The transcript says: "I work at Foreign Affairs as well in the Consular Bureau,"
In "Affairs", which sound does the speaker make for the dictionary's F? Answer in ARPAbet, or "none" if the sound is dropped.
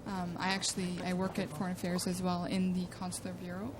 F